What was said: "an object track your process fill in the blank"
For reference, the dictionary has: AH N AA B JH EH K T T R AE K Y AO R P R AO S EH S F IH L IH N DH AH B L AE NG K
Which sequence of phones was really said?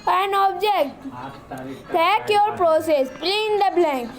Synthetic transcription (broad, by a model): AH N AA B JH EH K T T AE K Y AO R P R AO S EH S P L IH N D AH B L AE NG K